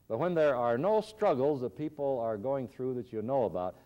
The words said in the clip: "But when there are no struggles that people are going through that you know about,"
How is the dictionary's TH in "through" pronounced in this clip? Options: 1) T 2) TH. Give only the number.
2